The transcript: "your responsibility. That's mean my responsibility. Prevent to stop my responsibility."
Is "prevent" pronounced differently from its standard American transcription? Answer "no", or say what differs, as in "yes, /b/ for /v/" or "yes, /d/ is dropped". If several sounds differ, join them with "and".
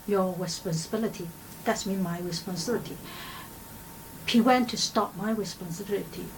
yes, /ɹ/ is dropped and /w/ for /v/